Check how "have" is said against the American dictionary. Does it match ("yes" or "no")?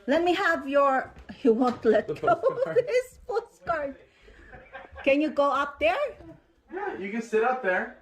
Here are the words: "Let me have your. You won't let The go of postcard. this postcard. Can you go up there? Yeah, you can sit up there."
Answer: yes